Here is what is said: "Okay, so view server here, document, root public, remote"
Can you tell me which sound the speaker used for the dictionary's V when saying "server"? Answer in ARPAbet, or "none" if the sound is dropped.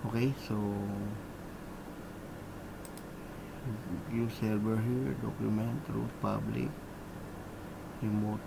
B